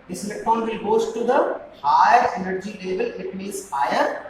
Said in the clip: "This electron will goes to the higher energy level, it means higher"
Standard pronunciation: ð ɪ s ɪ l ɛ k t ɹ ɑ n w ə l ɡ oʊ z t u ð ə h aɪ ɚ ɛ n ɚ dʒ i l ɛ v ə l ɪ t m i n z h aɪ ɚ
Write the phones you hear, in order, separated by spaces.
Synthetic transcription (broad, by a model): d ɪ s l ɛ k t ɑ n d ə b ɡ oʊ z t u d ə h aɪ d ɛ n ɚ dʒ i l ɛ v ə l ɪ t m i z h aɪ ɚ